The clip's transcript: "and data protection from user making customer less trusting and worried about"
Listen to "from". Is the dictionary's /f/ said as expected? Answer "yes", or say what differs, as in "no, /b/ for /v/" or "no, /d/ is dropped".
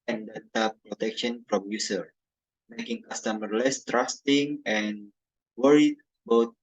no, /p/ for /f/